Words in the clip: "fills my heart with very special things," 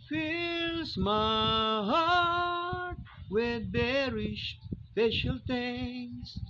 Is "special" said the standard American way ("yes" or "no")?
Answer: no